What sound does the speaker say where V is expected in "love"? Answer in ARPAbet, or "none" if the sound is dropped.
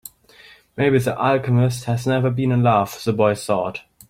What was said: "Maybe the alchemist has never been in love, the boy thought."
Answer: F